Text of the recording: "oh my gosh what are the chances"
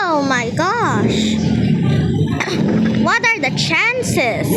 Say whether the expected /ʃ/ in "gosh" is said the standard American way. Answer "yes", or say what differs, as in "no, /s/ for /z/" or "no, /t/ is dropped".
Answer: yes